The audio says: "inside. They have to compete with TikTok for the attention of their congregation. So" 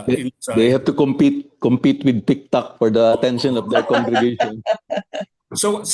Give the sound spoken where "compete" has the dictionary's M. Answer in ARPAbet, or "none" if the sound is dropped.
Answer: M